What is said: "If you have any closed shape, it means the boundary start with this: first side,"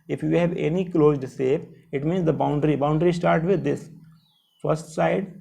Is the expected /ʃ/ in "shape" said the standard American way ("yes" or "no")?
no